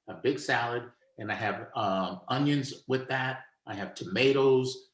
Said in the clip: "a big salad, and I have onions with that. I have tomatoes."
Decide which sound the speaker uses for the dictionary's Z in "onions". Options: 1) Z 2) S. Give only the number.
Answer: 1